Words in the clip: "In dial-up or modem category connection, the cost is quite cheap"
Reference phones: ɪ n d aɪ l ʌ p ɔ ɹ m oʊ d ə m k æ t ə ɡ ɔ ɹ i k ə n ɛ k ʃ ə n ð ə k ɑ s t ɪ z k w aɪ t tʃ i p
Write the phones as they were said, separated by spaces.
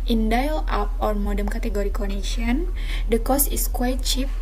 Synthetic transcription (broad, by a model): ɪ n d aɪ l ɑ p ɔ ɹ m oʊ d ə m k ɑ t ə ɡ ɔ ɹ i k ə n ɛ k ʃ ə n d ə k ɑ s ɪ s k w aɪ t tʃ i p